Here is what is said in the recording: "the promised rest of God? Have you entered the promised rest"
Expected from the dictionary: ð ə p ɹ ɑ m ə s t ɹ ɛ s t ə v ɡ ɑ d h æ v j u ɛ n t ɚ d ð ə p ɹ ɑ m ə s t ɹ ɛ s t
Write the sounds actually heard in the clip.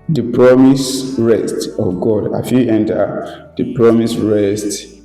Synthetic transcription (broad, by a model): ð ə p ɹ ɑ m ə s ɹ ɛ s t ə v ɡ ɑ d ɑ f j u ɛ n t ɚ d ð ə p ɹ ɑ m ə s ɹ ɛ s t